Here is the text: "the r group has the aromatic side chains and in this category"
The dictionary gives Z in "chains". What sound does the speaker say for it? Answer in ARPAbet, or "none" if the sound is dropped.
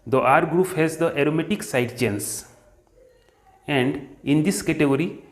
S